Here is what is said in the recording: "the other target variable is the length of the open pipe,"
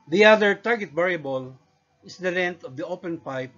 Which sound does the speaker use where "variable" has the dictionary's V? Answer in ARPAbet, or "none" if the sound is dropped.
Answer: B